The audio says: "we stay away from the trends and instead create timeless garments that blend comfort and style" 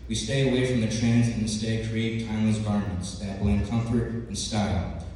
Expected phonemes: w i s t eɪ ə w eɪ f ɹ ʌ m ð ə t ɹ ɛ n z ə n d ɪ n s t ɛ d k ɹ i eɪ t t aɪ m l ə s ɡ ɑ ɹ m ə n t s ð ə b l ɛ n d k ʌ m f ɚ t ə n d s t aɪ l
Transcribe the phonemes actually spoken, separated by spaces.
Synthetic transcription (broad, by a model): w i s t eɪ ə w eɪ f ɹ ʌ m ð ə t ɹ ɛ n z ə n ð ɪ s t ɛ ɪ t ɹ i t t aɪ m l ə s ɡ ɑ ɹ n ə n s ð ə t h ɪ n k ʌ m f ɚ t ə n s t aɪ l